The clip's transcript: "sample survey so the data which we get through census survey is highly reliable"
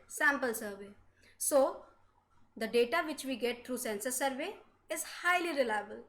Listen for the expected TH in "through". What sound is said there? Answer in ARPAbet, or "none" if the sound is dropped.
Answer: T